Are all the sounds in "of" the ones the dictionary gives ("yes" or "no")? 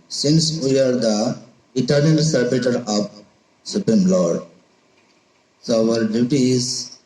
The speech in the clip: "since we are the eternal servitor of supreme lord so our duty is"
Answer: no